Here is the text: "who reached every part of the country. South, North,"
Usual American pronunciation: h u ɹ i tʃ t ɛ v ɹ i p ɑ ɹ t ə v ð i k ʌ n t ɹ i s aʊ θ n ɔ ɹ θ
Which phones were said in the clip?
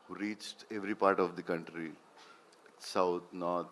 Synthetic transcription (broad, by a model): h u ɹ i tʃ t ɛ v ɹ i p ɑ ɹ t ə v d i k ʌ n t ɹ i s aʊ t n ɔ ɹ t